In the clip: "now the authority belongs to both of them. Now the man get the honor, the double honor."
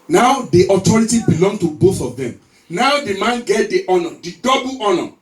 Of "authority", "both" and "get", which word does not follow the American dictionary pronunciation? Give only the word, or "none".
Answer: authority